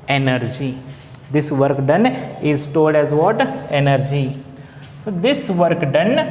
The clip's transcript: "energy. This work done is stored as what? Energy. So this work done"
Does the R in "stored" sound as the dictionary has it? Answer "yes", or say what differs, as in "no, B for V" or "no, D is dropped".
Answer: no, L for R